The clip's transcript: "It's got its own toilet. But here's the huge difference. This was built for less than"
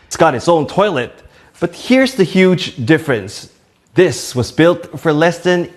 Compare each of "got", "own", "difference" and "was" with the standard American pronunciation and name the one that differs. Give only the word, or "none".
none